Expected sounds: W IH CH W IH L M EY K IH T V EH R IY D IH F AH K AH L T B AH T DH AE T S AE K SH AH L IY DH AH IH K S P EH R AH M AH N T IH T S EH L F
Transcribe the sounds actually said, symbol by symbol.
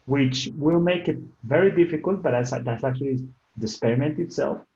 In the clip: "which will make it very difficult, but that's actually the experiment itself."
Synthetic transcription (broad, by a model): W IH CH W IH L M EY K IH T V EH R IY D IH F AH K AH L T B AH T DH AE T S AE K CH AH L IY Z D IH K S P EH R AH M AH N T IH T S EH L F